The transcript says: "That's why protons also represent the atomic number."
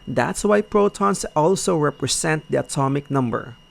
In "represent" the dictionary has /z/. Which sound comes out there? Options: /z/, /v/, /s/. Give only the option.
/s/